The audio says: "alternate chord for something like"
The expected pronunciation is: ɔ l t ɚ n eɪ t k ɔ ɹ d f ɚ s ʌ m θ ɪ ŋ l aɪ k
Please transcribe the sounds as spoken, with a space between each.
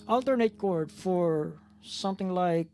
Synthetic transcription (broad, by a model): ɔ l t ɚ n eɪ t k ɔ ɹ d f ɚ s ʌ m θ ɪ ŋ l aɪ k